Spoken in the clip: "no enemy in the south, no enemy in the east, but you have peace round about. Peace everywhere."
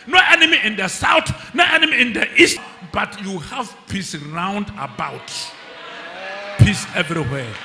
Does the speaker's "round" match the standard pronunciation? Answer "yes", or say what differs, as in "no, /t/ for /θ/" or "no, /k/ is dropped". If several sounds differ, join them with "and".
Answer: yes